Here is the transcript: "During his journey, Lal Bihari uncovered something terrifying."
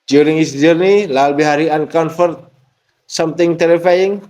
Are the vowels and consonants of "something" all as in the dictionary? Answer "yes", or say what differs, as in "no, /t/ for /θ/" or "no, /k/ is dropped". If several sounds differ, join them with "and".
no, /t/ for /θ/